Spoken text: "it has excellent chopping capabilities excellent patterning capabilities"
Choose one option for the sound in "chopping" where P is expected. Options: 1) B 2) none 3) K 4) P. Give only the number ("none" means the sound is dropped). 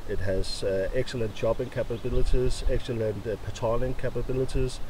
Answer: 1